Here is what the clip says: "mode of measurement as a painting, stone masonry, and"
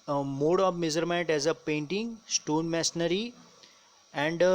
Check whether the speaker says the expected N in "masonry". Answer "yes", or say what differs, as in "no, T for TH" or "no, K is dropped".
no, N is dropped